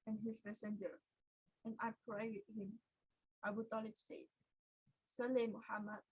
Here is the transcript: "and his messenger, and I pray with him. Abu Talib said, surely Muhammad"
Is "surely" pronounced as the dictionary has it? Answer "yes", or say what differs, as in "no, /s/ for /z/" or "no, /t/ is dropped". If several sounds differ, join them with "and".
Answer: no, /s/ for /ʃ/